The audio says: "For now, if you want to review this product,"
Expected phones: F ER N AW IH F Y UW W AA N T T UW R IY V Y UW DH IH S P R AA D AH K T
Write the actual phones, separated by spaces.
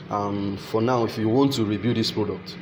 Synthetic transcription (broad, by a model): F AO N AW IH F Y UW W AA N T T UW R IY B Y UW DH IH S P R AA D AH K T